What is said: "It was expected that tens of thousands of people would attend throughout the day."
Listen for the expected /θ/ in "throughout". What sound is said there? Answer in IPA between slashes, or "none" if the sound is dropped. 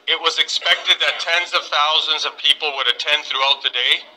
/θ/